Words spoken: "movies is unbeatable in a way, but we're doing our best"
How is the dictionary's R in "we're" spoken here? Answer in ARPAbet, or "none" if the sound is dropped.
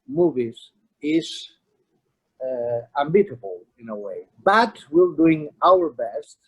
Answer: L